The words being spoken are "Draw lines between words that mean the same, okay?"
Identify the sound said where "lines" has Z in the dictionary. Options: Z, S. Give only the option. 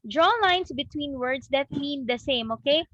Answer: S